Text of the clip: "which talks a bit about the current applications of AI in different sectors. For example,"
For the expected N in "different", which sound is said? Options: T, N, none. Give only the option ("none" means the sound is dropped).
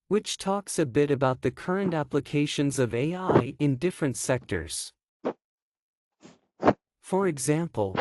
N